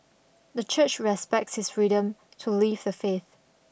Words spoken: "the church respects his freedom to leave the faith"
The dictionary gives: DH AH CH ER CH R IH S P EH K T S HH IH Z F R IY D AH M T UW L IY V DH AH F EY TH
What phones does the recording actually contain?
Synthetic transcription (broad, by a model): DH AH CH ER CH R IH S P EH K T S HH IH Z F R IY D AH M T UW L IY V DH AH F EY TH